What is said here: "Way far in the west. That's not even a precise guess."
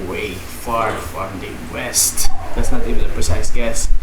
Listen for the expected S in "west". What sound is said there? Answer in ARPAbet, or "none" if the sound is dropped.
S